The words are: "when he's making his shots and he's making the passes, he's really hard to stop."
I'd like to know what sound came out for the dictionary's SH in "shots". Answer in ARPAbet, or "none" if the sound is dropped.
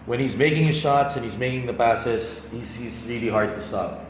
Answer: SH